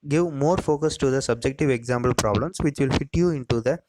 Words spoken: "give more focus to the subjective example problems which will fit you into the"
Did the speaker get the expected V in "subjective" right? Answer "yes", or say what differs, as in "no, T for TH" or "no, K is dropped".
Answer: yes